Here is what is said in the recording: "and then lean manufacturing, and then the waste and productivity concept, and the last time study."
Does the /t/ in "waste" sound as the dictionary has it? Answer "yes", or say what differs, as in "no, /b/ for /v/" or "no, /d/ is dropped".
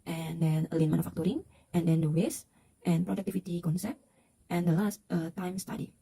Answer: yes